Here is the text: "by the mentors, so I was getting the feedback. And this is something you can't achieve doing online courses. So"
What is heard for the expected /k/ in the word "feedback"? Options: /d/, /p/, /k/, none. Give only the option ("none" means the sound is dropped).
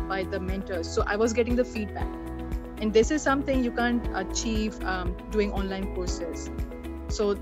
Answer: /k/